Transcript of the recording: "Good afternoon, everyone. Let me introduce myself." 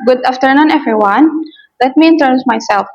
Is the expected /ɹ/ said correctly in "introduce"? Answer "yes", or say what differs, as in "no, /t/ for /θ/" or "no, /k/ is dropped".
no, /ɹ/ is dropped